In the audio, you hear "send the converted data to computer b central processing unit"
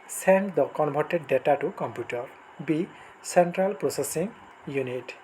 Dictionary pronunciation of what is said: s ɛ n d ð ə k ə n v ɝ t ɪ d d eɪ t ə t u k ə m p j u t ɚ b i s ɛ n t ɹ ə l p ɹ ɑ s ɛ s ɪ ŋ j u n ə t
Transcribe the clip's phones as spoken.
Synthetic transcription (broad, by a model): s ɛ n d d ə k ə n b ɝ t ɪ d d eɪ t ə t u k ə m p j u t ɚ b i s ɛ n t ɹ ə l p ɹ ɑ s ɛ s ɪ ŋ j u n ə t